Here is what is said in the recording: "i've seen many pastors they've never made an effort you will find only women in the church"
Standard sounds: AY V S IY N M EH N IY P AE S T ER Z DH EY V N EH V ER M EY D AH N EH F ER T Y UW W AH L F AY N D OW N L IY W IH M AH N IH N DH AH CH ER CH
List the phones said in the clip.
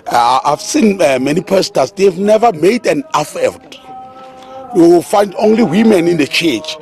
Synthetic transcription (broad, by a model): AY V S IY N M EH N IY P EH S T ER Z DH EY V N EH V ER M EY D AH N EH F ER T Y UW W AH L F AY N D OW N L IY W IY M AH N IH N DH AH CH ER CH